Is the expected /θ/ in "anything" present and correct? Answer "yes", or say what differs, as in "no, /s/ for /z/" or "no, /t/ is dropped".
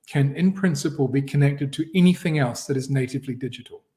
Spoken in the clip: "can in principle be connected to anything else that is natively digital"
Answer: yes